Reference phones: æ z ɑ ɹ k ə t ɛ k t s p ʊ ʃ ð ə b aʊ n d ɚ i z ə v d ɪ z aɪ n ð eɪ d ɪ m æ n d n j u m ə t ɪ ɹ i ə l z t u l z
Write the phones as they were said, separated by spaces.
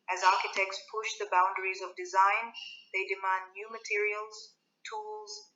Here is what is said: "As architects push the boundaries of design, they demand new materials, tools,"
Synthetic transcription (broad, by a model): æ z ɑ ɹ k ə t ɛ k t s p ʊ ʃ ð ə b aʊ n d ɚ i z ə v d ɪ z aɪ n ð eɪ d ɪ m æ n d n j u m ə t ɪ ɹ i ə l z t u l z